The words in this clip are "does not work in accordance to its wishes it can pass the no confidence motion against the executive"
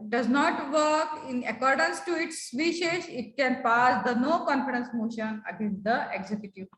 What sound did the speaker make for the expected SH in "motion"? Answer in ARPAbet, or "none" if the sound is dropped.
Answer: SH